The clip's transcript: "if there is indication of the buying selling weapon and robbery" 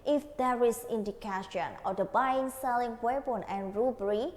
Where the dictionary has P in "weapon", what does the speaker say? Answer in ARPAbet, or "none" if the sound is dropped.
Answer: B